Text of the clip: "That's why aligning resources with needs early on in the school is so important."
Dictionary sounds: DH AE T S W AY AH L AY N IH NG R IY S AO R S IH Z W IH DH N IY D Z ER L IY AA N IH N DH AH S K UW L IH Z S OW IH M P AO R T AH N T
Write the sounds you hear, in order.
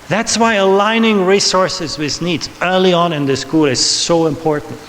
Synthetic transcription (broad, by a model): DH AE T S W AY AH L AY N IH NG R IY S AO R S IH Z W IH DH N IY D Z ER L IY AA N IH N DH AH S K UW L IH Z S OW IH M P AO R T N T